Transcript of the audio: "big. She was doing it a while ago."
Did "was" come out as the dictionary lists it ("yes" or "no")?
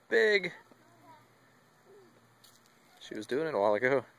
yes